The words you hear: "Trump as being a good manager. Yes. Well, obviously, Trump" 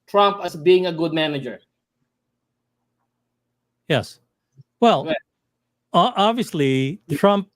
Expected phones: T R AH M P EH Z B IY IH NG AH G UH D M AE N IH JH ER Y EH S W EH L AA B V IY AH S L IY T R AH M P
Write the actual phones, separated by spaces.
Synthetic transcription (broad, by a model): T R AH M P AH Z B IY IH NG AH G UH D M AE N IH JH ER Y EH S W EH L AA B V IY AH S L IY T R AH M P